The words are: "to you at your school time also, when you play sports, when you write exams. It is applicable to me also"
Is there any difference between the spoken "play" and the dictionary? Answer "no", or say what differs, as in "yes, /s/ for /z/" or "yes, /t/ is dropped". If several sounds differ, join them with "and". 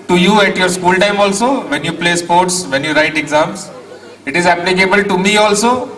no